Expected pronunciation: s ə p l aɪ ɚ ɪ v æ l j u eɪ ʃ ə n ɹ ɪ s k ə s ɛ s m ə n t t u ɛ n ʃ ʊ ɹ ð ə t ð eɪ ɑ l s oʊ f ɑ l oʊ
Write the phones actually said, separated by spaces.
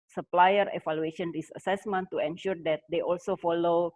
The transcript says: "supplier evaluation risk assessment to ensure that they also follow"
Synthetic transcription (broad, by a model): s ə p l aɪ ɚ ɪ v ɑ l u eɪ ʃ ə n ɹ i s ə s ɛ s m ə n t t u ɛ n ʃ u ɹ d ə t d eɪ ɑ l s oʊ f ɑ l oʊ